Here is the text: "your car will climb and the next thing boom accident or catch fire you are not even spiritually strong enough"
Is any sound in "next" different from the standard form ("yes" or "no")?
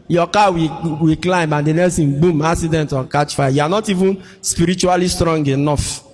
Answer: yes